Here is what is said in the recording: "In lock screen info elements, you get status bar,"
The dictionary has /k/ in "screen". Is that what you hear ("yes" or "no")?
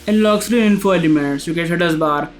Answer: no